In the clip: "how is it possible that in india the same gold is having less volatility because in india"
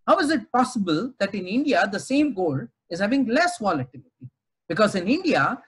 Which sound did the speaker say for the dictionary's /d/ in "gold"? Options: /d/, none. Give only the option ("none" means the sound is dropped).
none